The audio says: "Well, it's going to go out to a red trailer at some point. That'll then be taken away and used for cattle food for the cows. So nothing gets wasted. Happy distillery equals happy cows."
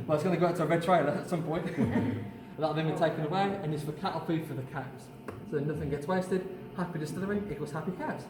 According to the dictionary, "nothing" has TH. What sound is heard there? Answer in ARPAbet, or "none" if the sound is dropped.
TH